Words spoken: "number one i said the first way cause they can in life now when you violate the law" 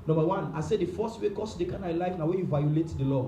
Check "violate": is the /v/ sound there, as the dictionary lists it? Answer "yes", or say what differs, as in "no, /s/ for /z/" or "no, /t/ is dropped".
yes